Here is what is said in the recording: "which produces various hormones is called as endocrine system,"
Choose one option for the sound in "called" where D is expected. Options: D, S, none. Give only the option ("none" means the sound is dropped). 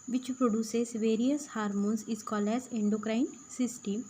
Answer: none